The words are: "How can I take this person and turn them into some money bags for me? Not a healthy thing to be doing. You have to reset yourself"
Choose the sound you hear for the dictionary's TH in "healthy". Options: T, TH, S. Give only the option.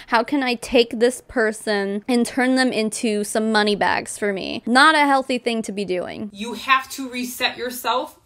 TH